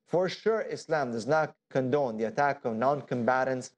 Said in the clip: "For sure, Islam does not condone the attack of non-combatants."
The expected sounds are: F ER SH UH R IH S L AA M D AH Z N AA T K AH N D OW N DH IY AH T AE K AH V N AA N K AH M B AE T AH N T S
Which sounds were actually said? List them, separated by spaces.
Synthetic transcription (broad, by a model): F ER SH UH R IH S L AA M D AH Z N AA T K AH N D OW N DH IY AH T AE K AH V N AA N K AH M B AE T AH N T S